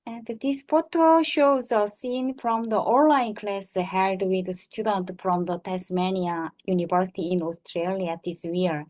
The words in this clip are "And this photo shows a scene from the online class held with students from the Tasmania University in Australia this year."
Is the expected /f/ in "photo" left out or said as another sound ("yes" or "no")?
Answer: yes